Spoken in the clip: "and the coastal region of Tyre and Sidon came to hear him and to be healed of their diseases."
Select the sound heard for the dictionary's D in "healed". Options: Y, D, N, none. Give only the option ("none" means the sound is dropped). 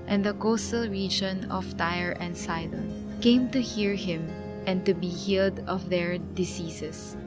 D